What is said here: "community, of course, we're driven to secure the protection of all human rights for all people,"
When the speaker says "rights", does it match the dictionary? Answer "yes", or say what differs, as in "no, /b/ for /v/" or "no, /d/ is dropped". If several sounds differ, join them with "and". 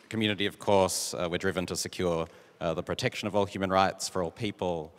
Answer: yes